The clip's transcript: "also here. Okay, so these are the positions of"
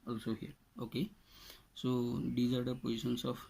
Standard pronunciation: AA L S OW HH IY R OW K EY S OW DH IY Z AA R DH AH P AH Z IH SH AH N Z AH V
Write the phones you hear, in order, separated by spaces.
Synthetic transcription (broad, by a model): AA L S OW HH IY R OW K EY S OW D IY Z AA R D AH P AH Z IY S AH N S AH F